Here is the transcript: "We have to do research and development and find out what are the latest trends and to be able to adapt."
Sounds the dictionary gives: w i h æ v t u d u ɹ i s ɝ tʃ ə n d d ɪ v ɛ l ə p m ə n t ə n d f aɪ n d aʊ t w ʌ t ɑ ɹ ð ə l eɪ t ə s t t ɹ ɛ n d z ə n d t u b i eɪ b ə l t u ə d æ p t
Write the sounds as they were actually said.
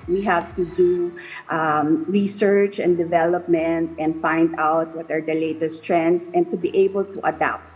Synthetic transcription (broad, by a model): w i h æ v t u d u ɹ i s ɝ tʃ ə n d d ɪ v ɛ l ə p m ə n t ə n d f aɪ n d aʊ t w ʌ t ɑ ɹ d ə l eɪ t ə s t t ɹ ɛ n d s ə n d t u b i eɪ b ə l t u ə d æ p t